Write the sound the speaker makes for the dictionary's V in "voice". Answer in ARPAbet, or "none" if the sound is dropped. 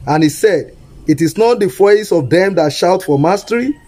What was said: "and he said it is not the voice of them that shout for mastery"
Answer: F